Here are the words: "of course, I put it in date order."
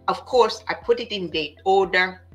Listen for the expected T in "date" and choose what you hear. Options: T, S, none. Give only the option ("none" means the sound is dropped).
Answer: none